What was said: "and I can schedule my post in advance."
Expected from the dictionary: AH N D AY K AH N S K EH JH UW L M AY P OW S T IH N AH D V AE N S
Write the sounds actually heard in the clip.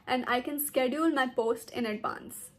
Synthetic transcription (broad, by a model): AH N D AY K AH N S K EH JH UW L M AY P OW S T IH N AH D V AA N S